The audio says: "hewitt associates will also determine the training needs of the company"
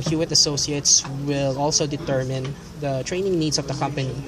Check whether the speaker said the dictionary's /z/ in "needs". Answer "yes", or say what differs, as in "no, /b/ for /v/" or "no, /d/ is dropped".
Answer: no, /s/ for /z/